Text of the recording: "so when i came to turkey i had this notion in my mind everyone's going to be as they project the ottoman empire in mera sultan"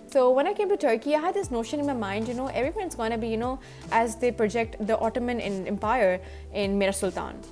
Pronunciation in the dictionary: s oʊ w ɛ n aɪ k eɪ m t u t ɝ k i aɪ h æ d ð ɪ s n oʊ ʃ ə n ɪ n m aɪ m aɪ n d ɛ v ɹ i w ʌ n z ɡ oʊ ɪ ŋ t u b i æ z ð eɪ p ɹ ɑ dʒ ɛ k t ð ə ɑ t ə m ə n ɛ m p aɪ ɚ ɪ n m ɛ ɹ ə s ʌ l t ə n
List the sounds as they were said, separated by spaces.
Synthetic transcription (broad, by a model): s oʊ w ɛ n aɪ k eɪ m t u t ɝ k i aɪ h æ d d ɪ s n oʊ ʃ ə n ɪ n m aɪ m aɪ n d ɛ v ɹ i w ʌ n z ɡ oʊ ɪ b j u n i æ z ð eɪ p ɹ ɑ dʒ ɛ k t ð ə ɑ t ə m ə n ɛ m p aɪ ɚ ɪ n m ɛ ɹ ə s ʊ l t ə n